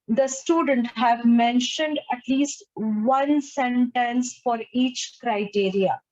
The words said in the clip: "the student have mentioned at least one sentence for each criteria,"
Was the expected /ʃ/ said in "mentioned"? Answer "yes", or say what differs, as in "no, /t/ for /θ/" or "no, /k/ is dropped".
yes